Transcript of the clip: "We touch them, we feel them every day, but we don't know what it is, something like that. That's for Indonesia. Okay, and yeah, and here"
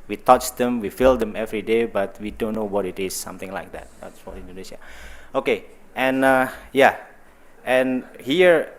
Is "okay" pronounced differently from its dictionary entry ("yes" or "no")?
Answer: no